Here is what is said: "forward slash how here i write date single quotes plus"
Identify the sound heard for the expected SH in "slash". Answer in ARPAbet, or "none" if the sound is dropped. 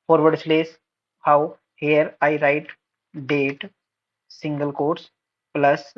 S